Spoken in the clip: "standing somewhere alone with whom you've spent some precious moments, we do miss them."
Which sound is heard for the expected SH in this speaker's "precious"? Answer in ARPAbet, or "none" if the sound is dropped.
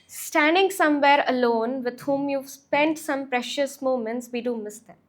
SH